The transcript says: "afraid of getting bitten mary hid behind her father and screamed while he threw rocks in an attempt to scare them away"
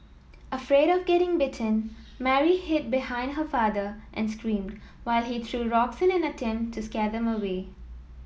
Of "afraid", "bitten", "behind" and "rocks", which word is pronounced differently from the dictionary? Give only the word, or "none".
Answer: none